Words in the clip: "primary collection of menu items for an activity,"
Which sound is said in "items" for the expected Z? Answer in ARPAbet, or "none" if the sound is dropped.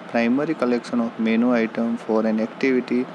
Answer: none